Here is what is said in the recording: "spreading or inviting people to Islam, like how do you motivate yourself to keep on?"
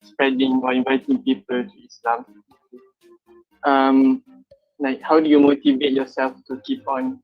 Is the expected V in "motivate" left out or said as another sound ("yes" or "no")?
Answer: no